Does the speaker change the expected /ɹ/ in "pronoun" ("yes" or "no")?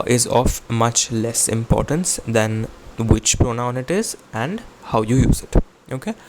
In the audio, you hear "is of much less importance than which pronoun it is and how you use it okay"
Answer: no